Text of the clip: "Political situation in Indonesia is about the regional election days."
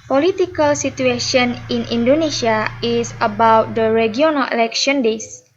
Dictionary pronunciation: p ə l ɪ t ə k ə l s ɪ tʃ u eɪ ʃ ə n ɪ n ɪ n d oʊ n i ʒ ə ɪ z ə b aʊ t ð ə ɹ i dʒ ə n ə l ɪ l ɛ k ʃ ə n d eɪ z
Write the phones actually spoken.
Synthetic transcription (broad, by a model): p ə l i t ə k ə l s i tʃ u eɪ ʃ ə n ɪ n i n d oʊ n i s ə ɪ s ə b aʊ t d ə ɹ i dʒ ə n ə l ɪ l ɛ k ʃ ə n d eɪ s